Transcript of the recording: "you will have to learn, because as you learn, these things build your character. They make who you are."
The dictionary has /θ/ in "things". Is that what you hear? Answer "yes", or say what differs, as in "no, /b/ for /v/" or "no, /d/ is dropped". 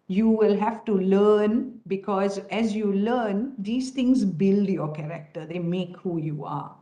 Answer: no, /t/ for /θ/